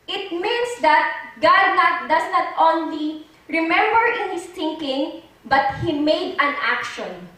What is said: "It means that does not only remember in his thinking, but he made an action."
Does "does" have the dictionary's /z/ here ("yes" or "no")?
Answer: no